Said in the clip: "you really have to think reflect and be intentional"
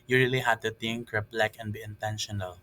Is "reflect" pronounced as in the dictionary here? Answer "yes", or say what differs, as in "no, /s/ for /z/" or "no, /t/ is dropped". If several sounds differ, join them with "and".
no, /p/ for /f/